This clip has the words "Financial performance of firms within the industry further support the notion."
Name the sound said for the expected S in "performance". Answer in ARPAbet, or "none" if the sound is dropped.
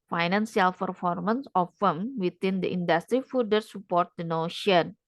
S